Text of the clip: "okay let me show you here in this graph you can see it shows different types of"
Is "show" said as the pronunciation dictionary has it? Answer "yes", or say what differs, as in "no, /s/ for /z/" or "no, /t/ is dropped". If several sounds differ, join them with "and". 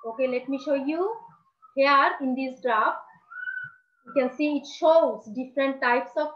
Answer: yes